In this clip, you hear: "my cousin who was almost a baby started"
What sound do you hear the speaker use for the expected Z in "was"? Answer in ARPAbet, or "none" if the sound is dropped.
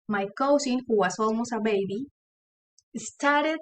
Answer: S